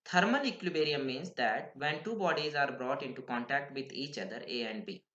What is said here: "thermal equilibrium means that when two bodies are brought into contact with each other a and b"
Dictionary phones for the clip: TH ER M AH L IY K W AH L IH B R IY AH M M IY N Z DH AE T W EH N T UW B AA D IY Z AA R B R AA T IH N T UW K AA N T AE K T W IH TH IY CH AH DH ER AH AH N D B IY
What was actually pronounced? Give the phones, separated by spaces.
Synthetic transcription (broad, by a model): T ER M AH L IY K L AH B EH R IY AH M M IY N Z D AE T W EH N T UW B AA D IY Z AA R B R AA T IH N T UW K AA N T AE K T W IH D IY CH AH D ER AH AH N D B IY